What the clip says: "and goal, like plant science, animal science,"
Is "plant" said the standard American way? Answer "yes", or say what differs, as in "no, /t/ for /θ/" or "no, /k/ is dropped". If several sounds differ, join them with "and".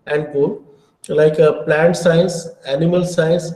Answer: yes